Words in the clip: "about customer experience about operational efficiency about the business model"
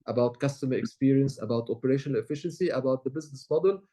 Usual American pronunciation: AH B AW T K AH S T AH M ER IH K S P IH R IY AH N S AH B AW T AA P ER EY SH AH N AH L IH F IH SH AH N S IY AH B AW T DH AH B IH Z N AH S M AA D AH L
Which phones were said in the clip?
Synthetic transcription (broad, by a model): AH B AW T K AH S T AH M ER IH K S P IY R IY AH N S AH B AW T AA P ER EY SH AH N AH L IH F IH SH AH N S IY AH B AW T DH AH B IH Z N AH S M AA D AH L